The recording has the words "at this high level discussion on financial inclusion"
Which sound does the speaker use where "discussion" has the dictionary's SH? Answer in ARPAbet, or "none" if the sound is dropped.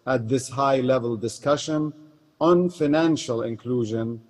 SH